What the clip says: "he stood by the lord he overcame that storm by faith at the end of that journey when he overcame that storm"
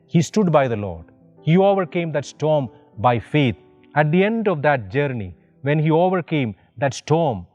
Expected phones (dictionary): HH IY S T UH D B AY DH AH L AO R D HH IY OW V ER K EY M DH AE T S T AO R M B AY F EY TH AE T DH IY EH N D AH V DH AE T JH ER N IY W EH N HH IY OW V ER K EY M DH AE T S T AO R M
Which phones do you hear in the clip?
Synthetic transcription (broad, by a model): HH IY S T UH D B AY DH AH L AO R D HH IY OW V ER K EY M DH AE T S T AO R M B AY F EY T AE T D IY EH N D AH V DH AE T JH ER N IY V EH N HH IY OW V ER K EY M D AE T S T AO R M